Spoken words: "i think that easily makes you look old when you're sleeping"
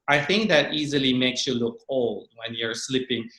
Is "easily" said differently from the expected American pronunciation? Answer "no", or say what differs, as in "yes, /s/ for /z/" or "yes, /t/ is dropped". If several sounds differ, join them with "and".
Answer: no